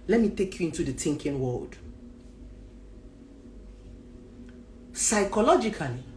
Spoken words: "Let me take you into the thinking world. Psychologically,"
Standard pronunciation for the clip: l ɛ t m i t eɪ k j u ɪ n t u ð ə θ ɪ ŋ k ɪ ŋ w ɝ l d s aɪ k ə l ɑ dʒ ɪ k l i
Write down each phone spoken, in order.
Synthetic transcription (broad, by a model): l ɛ t m i t eɪ k j u ɪ n t u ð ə t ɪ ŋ k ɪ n w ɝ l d s aɪ k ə l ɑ dʒ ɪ k l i